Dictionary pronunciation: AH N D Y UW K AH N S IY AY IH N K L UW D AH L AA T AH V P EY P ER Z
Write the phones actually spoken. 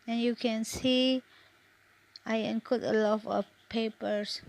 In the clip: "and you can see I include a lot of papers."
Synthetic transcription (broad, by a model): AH N Y UW K AH N S IY AY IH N K UW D AH L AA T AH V P EY P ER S